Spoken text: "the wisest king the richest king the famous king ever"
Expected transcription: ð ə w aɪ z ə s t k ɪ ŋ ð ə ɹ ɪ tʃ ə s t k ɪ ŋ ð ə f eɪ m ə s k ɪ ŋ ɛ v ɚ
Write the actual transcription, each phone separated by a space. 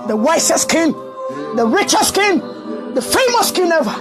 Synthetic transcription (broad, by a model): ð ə w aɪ s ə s k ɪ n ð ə ɹ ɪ tʃ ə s k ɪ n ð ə f eɪ m ə s k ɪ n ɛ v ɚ